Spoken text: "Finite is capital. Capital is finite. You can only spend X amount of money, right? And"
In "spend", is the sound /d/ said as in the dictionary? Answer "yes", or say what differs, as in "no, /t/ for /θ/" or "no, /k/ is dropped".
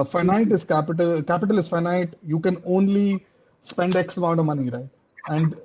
yes